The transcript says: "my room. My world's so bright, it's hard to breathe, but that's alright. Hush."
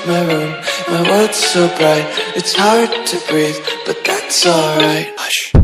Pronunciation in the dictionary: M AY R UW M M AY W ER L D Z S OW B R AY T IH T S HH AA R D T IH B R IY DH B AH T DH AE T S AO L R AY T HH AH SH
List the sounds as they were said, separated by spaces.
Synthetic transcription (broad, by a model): M AY R UW M M AY W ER D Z S OW B R AY T IH T S HH AA R D T IH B R IY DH B AH T DH AE T S AO L R AY T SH